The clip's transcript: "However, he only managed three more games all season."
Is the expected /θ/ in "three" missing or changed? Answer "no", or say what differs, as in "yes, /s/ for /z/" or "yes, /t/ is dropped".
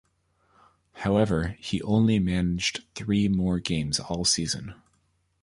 no